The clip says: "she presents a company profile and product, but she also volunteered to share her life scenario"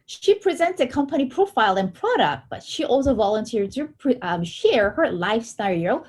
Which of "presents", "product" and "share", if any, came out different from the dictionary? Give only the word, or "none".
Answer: none